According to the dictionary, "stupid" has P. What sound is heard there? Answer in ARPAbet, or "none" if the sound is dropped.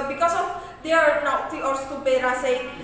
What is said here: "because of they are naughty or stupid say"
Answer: B